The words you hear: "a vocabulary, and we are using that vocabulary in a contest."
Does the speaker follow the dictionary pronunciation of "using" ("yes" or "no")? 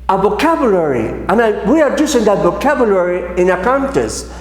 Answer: no